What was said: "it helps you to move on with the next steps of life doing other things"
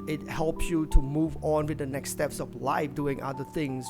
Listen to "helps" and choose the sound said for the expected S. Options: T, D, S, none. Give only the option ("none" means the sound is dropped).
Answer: S